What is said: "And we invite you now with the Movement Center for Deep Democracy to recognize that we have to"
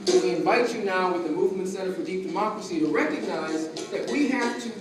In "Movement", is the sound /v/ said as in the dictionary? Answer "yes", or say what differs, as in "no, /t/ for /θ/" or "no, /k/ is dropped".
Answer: yes